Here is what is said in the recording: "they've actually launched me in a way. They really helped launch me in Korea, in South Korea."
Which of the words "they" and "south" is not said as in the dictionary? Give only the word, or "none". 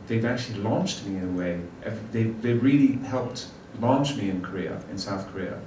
none